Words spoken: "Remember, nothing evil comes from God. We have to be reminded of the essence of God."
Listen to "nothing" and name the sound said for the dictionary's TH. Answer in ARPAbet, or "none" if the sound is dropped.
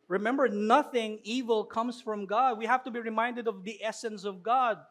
TH